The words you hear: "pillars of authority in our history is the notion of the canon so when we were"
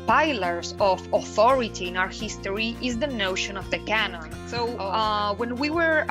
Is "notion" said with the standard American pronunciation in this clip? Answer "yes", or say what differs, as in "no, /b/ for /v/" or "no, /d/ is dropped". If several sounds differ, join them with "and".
yes